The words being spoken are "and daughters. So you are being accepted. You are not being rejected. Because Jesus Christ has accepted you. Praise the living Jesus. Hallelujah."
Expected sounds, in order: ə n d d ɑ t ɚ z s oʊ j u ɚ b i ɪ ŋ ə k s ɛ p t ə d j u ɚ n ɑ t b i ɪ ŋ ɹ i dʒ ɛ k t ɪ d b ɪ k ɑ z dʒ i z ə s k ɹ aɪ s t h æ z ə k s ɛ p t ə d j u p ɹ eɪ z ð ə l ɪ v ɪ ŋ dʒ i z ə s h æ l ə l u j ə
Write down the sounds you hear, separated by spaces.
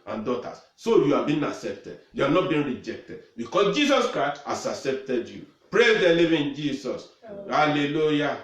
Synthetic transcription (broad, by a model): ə n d d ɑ t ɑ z s oʊ j u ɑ b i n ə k s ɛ p t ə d j u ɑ n ɑ t b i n ɹ i dʒ ɛ k t ɪ d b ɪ k ɑ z dʒ i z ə s k ɹ aɪ s t h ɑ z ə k s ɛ p t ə d j u p ɹ eɪ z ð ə l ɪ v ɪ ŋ dʒ i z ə s h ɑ l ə l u j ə